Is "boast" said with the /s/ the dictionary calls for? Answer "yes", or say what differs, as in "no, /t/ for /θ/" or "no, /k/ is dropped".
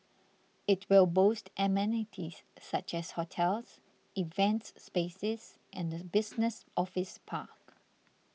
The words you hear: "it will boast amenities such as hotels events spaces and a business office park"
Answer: yes